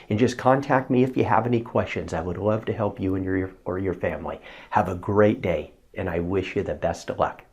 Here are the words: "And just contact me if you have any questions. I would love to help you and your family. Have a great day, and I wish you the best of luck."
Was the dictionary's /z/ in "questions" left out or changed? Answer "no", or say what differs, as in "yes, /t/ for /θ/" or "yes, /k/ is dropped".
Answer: no